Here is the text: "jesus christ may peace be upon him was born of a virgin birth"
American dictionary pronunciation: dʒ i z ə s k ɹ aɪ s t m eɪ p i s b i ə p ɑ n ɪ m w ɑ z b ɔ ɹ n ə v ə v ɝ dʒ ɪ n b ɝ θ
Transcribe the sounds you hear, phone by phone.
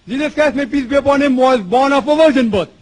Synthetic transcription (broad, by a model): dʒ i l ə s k aɪ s m eɪ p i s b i ə p ɑ n ɪ m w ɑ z b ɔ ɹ n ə p ə v ɝ dʒ ɪ n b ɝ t